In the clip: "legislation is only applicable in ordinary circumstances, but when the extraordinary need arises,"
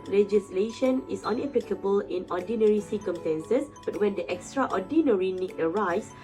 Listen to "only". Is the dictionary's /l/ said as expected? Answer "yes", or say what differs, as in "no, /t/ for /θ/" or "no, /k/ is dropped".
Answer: no, /l/ is dropped